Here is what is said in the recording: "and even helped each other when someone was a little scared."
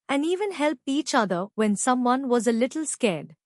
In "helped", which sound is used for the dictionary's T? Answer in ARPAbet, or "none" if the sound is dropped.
none